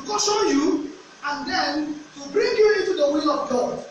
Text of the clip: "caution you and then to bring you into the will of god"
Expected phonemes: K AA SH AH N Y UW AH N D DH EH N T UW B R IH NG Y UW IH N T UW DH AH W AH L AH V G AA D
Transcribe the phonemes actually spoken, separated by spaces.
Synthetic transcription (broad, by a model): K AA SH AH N Y UW AH N D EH N T UW B R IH NG Y UW IH N T UW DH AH W AH L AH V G AA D